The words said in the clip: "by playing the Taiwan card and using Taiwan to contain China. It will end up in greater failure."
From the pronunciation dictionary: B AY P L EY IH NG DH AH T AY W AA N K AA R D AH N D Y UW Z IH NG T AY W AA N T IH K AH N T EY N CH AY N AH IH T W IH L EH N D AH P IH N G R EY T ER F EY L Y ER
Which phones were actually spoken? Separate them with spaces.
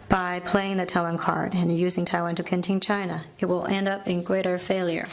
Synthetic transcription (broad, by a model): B AY P L EY IH NG DH AH T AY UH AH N K AA R D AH N Y UW Z IH NG T AY W AA N T IH K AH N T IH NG CH AY N AH IH T W IH L EH N D AH P IH N G R EY T ER F EY L Y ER